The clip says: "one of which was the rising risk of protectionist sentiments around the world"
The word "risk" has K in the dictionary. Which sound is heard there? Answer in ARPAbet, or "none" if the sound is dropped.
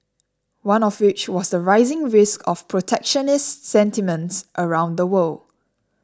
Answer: K